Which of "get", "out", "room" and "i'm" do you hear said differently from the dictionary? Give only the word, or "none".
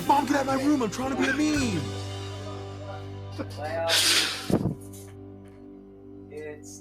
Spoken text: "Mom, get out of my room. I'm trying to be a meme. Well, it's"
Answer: none